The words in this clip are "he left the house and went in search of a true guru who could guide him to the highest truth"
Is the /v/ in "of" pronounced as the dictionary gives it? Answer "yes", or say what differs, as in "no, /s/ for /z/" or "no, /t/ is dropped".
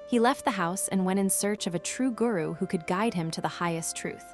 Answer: yes